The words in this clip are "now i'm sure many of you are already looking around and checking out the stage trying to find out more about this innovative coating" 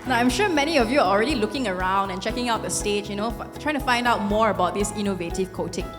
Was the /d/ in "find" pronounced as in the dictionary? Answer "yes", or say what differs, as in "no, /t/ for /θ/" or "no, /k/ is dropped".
yes